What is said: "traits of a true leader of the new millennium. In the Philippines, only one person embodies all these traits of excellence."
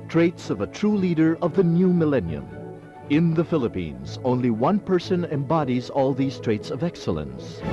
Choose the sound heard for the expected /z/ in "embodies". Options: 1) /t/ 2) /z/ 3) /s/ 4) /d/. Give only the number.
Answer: 2